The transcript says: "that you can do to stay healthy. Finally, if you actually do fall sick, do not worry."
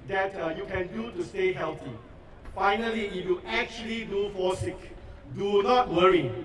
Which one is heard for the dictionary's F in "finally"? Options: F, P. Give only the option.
F